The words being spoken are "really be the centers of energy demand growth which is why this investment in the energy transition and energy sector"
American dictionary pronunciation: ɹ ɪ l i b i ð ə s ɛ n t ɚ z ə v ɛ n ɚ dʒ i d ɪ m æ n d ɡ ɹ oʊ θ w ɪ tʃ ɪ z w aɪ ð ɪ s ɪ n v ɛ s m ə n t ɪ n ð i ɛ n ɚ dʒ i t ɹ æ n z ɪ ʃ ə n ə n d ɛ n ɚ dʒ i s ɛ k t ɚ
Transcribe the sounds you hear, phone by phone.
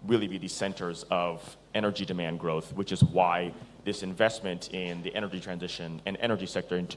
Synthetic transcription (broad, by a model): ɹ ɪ l i b i ð ə s ɛ n t ɚ z ə v ɛ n ɚ dʒ i d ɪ m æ n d ɡ ɹ oʊ θ w ɪ tʃ ɪ z w aɪ ð ɪ s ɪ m v ɛ s m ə n t ɪ n ð i ɛ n ɚ dʒ i t ɹ æ n z ɪ ʃ ə n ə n ɛ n ɚ dʒ i s ɛ k t ɚ